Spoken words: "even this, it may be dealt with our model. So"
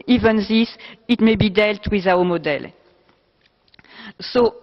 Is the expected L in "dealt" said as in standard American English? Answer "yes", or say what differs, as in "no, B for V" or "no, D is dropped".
yes